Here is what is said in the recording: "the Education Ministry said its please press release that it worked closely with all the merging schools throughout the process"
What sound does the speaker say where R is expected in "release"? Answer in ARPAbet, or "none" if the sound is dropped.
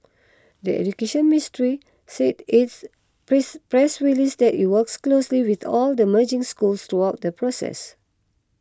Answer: W